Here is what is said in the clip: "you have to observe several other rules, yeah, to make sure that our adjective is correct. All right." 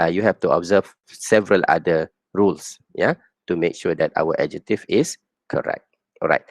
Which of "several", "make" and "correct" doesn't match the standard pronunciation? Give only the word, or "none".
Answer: none